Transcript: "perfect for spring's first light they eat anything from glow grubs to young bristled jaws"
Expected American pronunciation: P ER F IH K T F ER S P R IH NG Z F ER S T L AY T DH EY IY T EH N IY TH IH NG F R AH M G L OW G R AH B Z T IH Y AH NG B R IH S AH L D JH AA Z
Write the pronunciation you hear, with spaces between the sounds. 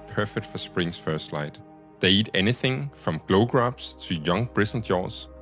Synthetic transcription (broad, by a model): P ER F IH K T F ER S P R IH NG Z F ER S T L AY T DH EY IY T EH N IY TH IH NG F R AH M G L OW G R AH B S T IH Y AH NG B R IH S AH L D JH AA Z